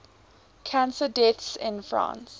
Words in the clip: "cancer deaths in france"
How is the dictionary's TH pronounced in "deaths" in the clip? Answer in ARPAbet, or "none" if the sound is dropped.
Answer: T